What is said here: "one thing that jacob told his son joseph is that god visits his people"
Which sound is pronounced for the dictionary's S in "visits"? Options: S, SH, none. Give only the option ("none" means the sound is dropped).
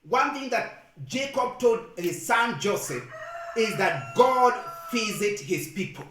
none